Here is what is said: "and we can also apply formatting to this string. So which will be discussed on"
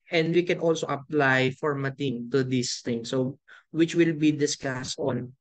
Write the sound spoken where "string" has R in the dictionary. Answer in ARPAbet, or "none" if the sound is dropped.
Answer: none